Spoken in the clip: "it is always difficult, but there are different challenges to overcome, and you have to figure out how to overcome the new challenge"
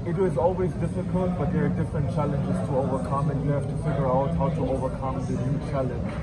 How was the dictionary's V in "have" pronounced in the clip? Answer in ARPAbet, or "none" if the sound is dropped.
F